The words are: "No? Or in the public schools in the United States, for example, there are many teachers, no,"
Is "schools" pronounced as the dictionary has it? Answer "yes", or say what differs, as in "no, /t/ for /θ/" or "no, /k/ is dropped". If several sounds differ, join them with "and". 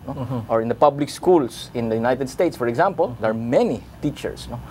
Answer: no, /s/ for /z/